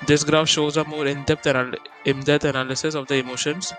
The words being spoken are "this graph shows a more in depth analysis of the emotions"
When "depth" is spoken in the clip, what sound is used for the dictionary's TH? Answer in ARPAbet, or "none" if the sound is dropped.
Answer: T